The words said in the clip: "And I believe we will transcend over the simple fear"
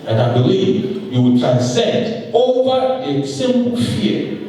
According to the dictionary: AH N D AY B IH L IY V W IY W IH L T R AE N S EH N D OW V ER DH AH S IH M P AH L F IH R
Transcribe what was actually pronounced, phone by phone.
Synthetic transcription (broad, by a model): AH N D AY B IH L IY V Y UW W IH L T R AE N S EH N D OW V ER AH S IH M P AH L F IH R